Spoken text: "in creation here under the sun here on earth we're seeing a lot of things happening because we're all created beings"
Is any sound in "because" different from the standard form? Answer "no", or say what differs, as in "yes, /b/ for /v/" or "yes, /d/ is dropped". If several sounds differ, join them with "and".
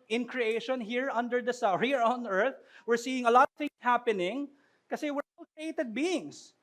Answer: yes, /z/ is dropped